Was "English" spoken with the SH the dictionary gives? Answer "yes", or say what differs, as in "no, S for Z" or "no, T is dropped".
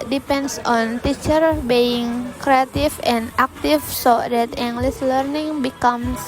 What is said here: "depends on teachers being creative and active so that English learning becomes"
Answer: no, S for SH